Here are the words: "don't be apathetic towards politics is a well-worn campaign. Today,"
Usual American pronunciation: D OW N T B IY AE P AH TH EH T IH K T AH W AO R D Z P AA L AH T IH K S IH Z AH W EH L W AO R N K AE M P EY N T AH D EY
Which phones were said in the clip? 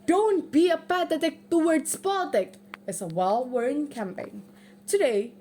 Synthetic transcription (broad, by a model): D OW N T B IY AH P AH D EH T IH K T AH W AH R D S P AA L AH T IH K IH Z AH W EH L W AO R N K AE M P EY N T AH D EY